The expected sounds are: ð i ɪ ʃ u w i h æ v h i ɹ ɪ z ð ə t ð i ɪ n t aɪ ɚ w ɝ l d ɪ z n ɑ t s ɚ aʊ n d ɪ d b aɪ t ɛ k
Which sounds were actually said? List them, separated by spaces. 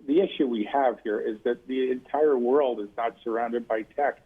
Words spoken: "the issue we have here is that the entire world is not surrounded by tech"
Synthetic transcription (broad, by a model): ð i ɪ ʃ u w i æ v h i ɹ ɪ z ð ə t ð i ɪ n t aɪ ɚ w ɝ l d ɪ z n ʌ t s ɚ aʊ n d ɪ d b aɪ t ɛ k